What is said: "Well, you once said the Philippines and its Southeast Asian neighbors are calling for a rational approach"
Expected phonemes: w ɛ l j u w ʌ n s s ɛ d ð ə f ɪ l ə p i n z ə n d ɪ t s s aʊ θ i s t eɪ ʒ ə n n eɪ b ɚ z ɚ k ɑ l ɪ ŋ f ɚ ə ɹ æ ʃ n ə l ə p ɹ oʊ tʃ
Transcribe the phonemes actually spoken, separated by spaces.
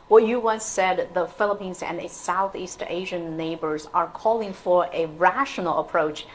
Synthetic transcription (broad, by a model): w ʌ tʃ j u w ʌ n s s ɛ d ð ə f ɪ l ə p i n z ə n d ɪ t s s aʊ θ i s t eɪ ʒ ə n n eɪ b ɚ z ɚ k ɑ l ɪ ŋ f ɚ ə ɹ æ ʃ n l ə p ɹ oʊ tʃ